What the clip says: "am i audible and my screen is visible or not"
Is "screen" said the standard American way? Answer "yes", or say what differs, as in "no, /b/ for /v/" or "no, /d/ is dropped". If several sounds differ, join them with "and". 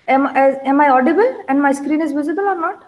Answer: yes